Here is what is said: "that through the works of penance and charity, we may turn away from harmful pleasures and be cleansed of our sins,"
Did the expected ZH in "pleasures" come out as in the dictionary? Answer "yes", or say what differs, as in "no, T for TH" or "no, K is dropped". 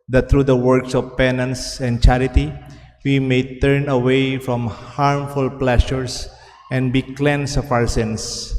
no, SH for ZH